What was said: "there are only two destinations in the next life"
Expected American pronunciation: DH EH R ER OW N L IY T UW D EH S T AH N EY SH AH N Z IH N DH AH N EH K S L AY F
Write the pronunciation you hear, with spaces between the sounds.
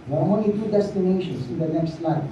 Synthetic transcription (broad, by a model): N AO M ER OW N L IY T UW D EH S T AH N EY SH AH N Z IH N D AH N EH K S L AY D